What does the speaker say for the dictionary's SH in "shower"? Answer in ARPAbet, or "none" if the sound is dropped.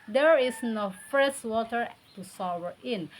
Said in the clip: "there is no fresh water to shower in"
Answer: S